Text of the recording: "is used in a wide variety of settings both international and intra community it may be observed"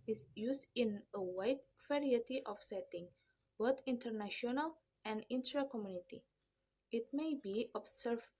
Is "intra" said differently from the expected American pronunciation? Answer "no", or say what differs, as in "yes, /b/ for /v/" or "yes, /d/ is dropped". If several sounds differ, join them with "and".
no